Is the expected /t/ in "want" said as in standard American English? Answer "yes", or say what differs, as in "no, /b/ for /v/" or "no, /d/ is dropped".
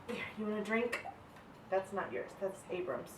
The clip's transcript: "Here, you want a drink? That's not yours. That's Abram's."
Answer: no, /t/ is dropped